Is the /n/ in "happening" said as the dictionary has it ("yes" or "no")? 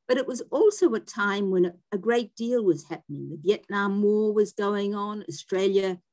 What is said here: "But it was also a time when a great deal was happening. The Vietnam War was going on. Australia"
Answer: yes